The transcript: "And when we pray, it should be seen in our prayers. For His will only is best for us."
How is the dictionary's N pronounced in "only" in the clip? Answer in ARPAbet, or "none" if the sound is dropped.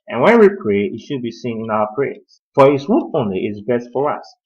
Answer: N